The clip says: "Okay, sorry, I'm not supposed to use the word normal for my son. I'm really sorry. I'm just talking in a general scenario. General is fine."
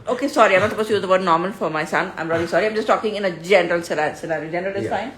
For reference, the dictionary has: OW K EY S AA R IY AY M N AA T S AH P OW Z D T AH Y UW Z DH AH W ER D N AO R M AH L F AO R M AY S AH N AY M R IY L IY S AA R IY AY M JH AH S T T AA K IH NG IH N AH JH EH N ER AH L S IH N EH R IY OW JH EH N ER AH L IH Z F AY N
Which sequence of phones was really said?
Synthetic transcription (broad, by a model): OW K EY S AA R IY AY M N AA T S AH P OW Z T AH Y UW Z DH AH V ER D N AO R M AH L F AO R M AY S AH N AY M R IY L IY S AA R IY AY M JH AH S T T AA K IH NG IH N AH JH EH N ER AH L S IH L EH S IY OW JH EH N ER AH L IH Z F AY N